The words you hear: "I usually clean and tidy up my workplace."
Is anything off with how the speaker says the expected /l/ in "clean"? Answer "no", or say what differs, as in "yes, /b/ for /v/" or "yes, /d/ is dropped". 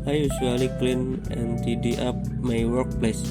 no